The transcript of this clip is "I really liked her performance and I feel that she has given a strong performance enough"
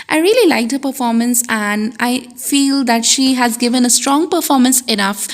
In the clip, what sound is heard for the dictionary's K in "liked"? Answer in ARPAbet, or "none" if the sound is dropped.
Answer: K